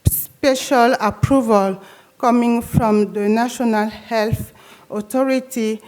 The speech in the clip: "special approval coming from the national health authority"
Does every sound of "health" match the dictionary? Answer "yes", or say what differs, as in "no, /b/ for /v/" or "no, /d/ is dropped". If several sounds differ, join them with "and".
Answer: yes